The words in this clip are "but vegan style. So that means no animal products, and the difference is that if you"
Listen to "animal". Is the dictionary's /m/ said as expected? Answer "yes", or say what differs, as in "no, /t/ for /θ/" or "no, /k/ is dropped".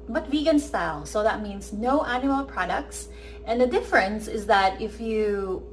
no, /m/ is dropped